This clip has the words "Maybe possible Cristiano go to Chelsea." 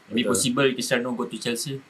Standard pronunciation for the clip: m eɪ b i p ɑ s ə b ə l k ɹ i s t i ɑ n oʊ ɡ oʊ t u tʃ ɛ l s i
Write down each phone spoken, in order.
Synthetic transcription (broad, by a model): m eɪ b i p ɑ s ə b ə l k i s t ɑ n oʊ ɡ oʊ t u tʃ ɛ l s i